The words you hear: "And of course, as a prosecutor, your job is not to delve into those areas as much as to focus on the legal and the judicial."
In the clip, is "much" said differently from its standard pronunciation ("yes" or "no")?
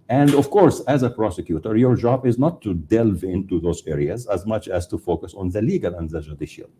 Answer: no